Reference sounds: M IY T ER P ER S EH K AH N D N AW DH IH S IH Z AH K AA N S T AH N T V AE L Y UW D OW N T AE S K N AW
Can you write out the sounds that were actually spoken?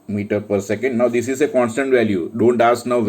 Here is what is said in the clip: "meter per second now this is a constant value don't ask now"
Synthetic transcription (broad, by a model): M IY T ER P ER S EH K AH N D N AW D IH S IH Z AH K AA N S T AH N T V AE L Y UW D OW N T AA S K N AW